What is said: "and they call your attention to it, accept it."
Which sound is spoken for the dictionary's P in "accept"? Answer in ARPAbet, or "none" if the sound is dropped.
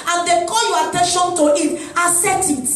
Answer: none